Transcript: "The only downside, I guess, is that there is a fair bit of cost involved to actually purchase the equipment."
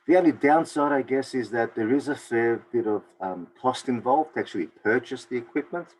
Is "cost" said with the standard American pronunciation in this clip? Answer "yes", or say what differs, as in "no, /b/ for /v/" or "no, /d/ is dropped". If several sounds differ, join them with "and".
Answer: yes